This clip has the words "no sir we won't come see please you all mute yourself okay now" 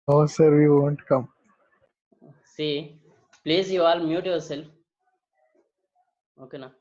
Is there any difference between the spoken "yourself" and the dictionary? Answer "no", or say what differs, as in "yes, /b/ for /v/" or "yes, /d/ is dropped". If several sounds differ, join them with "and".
yes, /f/ is dropped